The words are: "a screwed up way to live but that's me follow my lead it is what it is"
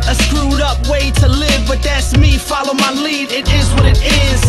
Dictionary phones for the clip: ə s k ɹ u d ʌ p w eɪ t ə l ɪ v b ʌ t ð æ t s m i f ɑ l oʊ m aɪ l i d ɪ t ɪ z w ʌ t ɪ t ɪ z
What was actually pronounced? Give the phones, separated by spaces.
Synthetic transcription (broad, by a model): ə s k ɹ u d ʌ p w eɪ t ə l ɪ v b ʌ t ð æ t s m i f ɑ l oʊ m aɪ l i d ɪ t ɪ z w ʌ t ɪ t ɪ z